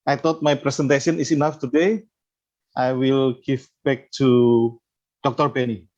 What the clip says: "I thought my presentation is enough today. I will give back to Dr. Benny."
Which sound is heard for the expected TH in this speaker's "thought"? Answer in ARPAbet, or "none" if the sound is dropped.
T